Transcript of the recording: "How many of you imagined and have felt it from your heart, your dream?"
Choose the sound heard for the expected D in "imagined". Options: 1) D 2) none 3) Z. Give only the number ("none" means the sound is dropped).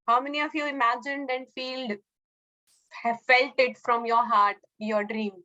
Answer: 1